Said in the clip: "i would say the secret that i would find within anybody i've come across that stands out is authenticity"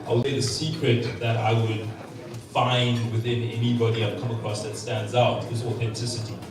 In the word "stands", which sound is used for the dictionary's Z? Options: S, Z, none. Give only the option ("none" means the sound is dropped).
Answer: Z